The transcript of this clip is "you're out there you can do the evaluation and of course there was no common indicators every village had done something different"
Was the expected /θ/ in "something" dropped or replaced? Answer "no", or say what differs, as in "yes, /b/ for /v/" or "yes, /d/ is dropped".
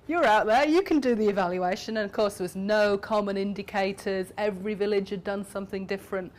no